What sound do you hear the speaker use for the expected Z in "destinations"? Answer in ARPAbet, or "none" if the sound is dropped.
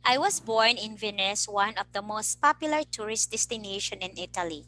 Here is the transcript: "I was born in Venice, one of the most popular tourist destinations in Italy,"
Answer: none